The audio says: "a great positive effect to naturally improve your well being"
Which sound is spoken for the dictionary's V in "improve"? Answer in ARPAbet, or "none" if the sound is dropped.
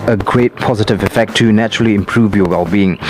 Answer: V